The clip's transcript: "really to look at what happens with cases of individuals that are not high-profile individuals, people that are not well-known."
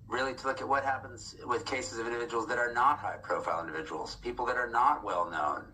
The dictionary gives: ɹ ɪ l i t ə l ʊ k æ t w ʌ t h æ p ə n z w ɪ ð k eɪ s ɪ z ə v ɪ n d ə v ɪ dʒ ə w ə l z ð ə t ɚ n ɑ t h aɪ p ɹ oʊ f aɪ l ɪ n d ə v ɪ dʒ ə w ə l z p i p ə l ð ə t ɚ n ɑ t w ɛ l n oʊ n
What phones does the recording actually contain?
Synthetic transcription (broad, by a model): ɹ ɪ l i t ə l ʊ k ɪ t w ʌ t h æ p ə n z w ɪ ð k eɪ s ɪ z ə v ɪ n d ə v ɪ dʒ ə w l z ð ə t ɚ n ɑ t h aɪ p ɹ oʊ f aɪ l ɪ n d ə v ɪ dʒ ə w l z p i p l ð ə t ɚ n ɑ t w ɛ l n oʊ n